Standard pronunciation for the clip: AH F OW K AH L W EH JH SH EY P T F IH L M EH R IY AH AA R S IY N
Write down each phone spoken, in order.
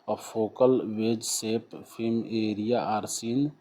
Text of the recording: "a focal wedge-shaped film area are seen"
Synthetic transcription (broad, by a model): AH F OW K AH L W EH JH S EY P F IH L M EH R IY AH AA R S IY N